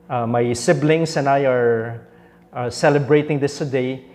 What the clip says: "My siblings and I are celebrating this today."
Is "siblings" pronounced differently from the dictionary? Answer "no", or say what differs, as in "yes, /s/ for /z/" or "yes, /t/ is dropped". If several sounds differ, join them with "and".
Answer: yes, /s/ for /z/